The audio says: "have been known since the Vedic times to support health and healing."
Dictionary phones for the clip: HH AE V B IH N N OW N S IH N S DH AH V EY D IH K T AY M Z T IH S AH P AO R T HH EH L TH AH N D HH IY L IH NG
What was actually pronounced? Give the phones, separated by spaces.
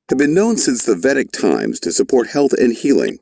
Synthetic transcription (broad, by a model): HH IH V B IH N N OW N S IH N S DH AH V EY D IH K T AY M Z T IH S AH P AO R T HH EH L TH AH N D HH IY L IH NG